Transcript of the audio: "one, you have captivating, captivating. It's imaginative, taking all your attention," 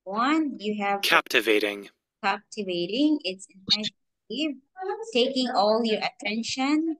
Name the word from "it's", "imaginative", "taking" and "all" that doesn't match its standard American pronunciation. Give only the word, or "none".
imaginative